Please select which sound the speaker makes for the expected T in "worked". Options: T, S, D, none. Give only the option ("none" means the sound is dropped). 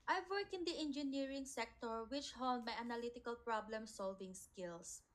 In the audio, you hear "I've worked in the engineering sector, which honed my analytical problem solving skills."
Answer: none